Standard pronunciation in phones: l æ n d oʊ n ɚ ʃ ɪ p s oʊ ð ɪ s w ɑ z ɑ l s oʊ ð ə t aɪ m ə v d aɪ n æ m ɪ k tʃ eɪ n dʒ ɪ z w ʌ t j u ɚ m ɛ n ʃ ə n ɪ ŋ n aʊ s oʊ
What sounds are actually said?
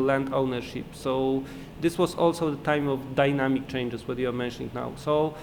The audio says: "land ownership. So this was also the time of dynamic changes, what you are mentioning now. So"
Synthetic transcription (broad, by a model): l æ n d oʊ n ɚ ʃ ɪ p s oʊ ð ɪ s w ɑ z ɑ l s oʊ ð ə t aɪ m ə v d aɪ n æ m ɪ k tʃ eɪ n dʒ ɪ s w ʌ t j u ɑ m ɛ n ʃ ə n ɪ ŋ n aʊ s oʊ